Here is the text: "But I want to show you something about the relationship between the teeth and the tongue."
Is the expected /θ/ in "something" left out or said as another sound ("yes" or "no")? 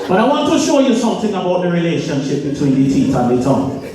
no